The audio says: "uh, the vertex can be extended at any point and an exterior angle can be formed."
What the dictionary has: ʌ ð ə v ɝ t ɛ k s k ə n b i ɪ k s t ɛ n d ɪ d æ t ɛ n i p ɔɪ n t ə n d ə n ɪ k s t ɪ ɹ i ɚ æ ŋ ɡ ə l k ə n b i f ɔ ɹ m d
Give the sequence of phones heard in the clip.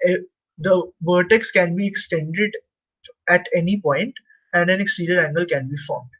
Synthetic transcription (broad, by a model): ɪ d ə v ɝ t ɛ k s k ə n b i ɪ k s t ɛ n d ɪ d æ t ɛ n i p ɔɪ n t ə n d ə n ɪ k s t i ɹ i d æ ŋ ɡ ə l k ə n b i f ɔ ɹ m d